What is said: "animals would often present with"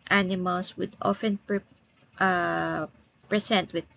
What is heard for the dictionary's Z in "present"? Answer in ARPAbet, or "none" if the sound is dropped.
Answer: S